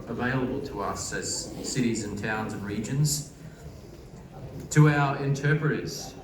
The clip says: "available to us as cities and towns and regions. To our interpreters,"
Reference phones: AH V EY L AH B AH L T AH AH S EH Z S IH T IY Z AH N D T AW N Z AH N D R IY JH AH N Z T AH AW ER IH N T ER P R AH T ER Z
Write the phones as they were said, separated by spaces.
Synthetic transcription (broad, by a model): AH V EY L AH B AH L T AH AH S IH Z S IH T IY Z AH N T AW N Z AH N R IY JH AH N Z T AH AW ER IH N T ER P R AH T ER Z